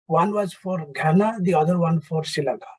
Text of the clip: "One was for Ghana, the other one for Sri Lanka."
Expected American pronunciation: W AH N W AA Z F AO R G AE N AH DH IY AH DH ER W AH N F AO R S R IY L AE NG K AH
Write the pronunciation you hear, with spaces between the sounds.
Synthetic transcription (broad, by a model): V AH N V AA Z F AO R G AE N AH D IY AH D ER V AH N F AO R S IY L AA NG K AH